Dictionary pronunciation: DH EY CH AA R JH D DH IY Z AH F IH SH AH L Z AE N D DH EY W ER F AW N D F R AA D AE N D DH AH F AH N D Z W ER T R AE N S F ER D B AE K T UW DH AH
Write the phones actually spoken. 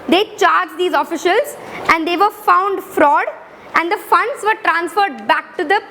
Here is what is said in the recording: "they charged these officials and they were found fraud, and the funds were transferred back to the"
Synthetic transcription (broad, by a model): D EY CH AA R JH D IY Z AH F IH SH AH L Z AE N D EY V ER F AW N D F R AA D AE N D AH F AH N D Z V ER T R AE N S F ER D B AE K T UW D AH